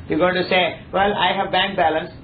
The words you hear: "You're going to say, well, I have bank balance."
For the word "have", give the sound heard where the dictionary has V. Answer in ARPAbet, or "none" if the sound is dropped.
V